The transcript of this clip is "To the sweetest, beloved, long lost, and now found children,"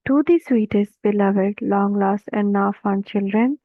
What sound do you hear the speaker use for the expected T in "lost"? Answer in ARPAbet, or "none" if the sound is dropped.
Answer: none